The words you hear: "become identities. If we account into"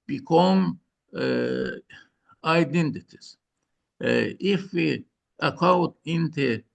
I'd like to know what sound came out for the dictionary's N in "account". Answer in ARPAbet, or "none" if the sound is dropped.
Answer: none